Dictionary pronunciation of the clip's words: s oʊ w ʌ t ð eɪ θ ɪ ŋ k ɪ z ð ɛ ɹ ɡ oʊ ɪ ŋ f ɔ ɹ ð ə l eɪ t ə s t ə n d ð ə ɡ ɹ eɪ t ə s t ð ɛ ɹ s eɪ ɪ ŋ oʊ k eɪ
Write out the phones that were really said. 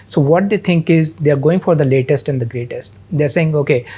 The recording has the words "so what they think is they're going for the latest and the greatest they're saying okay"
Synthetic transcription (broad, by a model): s oʊ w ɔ t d eɪ t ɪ ŋ k ɪ z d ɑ ɹ ɡ oʊ ɪ ŋ f ɔ ɹ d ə l eɪ t ə s t ə n d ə ɡ ɹ eɪ t ə s t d ɛ ɹ s eɪ ɪ ŋ oʊ k eɪ